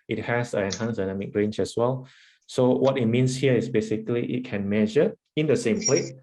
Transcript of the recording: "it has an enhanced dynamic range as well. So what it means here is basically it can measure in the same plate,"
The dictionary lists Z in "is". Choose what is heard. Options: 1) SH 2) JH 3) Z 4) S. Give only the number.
4